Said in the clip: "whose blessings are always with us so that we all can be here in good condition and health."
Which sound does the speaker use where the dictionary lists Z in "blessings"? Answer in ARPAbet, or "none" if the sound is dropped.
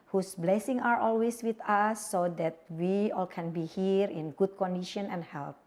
none